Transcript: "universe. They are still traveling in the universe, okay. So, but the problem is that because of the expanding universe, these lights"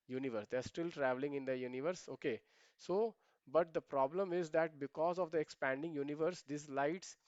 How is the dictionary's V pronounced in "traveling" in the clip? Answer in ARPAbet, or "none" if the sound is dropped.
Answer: V